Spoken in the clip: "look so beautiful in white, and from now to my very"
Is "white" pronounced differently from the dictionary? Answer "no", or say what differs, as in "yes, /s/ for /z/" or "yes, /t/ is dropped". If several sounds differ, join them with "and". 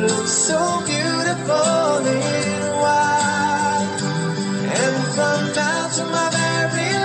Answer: yes, /t/ is dropped